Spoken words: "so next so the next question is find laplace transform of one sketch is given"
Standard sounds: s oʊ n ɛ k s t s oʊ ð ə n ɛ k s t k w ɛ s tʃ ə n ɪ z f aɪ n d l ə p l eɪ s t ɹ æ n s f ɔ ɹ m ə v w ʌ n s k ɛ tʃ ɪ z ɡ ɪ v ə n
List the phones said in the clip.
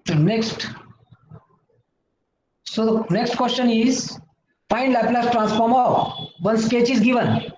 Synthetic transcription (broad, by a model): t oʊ n ɛ k s t s oʊ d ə n ɛ k s t k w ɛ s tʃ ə n ɪ z p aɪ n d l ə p l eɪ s t ɹ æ n s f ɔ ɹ m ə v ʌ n s k ɛ tʃ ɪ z ɡ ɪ v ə n